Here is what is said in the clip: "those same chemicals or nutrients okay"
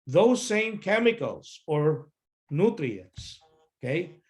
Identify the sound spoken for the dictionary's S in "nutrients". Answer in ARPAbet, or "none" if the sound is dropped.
S